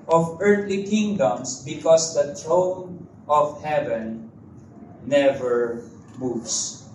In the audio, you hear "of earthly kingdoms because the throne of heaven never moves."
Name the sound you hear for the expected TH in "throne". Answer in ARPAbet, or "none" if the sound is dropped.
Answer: T